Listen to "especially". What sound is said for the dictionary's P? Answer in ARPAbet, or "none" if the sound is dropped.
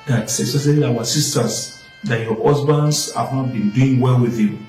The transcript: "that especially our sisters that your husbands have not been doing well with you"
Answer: none